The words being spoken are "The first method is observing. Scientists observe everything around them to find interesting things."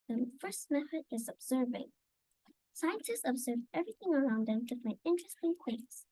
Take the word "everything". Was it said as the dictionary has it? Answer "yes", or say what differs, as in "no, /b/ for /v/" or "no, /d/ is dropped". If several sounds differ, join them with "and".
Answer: yes